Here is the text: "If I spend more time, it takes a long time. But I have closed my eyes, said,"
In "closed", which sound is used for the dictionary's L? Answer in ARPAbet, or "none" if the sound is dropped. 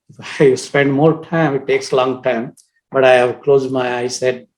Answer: L